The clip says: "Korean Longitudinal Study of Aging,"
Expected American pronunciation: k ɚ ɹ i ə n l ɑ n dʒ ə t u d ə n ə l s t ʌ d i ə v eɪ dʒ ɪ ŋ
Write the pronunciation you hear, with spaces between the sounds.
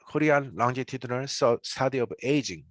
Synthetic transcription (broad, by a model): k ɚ ɹ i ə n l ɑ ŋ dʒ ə t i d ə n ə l s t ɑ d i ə b eɪ dʒ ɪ ŋ